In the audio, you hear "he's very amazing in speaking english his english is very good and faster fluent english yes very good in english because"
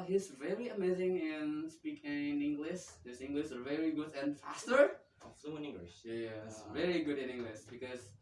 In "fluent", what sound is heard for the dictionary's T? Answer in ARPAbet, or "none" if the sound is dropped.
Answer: none